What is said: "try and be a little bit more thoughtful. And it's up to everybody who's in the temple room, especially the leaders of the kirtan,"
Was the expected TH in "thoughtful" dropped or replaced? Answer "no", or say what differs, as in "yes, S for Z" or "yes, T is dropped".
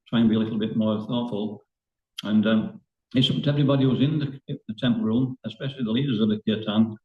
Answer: no